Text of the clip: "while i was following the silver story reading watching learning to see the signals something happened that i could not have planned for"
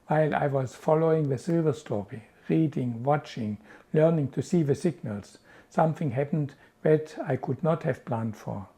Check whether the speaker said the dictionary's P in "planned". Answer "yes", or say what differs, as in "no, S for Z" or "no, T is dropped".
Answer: yes